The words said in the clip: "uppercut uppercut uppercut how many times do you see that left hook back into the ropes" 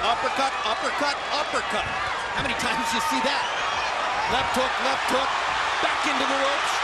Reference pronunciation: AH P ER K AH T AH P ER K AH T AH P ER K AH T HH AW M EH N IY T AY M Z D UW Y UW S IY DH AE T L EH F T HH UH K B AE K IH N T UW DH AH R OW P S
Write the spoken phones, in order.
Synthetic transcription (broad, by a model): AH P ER K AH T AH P ER K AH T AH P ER K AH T HH AW M EH N IY T AY M Z Y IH S IY DH AE T L EH F T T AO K B AE K IH N T UW DH AH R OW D